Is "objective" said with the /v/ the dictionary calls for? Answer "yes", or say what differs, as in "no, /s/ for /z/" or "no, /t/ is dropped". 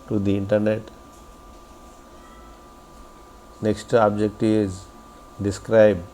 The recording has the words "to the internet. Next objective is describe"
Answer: no, /v/ is dropped